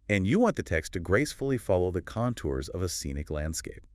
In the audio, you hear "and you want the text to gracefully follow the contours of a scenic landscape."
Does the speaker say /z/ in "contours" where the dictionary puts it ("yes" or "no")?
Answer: yes